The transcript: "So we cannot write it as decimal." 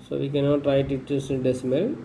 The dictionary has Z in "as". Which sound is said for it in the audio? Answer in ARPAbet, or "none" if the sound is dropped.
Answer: S